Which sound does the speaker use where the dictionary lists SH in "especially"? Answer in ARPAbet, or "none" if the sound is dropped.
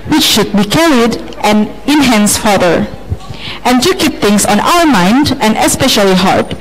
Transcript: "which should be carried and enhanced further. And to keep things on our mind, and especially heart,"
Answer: SH